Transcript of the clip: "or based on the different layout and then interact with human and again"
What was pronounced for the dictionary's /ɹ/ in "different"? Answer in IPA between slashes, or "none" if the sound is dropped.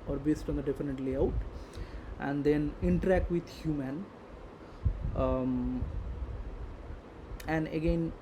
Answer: none